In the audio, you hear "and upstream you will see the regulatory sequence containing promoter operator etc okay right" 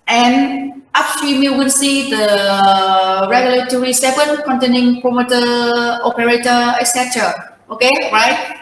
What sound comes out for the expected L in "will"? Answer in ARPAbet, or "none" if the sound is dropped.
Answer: N